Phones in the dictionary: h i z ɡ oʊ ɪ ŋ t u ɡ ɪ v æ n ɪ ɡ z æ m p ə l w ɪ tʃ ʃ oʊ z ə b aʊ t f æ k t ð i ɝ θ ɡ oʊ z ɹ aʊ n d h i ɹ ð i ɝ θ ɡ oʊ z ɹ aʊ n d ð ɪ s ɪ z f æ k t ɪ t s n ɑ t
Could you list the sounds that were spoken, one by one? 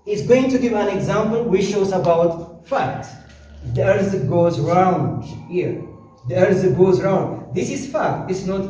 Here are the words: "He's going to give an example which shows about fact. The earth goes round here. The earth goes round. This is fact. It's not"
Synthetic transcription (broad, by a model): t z ɡ oʊ ɪ ŋ t u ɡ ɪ æ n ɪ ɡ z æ m p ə l w ɪ tʃ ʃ oʊ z ə b aʊ t f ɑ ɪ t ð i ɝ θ ɡ oʊ z ɹ aʊ n d h i ɹ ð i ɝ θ ɡ oʊ z ɹ aʊ n d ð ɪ s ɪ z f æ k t ɪ t s n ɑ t